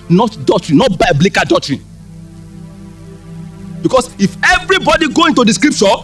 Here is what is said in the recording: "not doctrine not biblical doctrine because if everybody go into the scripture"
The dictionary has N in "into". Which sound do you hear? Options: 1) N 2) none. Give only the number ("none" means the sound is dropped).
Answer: 1